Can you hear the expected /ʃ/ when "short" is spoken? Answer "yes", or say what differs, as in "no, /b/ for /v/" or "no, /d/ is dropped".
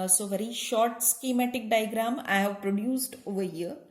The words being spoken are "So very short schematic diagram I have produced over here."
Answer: yes